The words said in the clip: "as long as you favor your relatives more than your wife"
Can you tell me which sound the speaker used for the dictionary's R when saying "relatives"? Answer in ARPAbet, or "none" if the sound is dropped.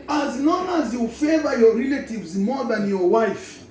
R